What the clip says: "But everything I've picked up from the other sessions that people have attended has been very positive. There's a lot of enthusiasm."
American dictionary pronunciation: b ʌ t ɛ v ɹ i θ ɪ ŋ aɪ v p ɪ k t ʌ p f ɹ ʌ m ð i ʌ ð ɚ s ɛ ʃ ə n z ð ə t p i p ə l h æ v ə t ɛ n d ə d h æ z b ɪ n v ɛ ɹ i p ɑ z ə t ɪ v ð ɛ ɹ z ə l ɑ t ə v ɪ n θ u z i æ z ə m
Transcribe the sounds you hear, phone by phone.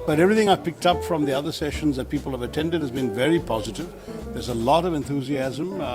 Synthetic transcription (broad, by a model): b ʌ t ɛ v ɹ i θ ɪ ŋ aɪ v p ɪ k t ʌ p f ɹ ʌ m ð i ʌ ð ɚ s ɛ ʃ ə n z ð ə t p i p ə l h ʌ v ə t ɛ n d ə d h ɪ z b ɪ n v ɛ ɹ i p ɑ z ə t ɪ v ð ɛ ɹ z ə l ɑ t ə v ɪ n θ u z i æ z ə m